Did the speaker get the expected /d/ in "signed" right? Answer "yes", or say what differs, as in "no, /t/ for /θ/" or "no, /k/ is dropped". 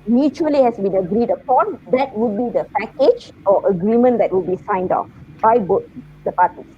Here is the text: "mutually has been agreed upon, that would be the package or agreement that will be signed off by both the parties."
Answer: yes